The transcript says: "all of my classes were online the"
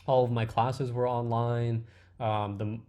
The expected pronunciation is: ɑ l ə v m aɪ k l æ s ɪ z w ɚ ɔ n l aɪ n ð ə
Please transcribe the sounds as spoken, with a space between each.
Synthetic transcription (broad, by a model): ɑ l ə v m aɪ k l æ s ɪ z w ɚ ɔ n l aɪ n ð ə